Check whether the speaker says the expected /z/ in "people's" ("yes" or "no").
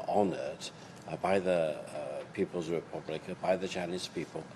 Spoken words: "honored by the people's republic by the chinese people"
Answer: yes